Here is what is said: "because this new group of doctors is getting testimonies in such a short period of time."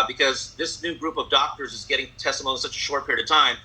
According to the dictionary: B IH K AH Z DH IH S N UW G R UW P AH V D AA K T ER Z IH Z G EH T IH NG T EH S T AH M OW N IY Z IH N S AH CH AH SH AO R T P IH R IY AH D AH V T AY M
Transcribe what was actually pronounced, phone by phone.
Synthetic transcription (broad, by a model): B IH K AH Z DH IH S N UW G R UW P AH V D AA K T ER Z IH Z G EH T IH NG T EH S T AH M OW IY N S AH CH AH SH AO R T P IH R IY AH D AH V T AY M